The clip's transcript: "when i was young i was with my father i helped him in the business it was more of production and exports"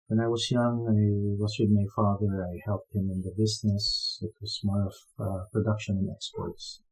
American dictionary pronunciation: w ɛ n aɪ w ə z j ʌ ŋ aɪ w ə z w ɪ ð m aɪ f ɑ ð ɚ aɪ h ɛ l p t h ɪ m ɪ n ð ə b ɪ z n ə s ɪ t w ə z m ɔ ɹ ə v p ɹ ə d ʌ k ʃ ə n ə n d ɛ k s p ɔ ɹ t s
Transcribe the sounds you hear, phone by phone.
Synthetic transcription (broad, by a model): w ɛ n aɪ w ə z j ʌ ŋ aɪ w ə z w ɪ ð m aɪ f ɑ ð ɚ aɪ h ɛ l p t h ɪ m ɪ n ð ə b ɪ z n ə s ɪ t w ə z m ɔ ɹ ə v p ɹ ə d ʌ k ʃ ə n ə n ɛ k s p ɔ ɹ t s